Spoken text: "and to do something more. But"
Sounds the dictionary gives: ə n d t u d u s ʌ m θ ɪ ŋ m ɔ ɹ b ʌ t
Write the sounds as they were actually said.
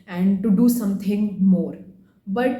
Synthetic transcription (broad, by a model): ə n d t u d u s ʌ m t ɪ ŋ m ɔ ɹ b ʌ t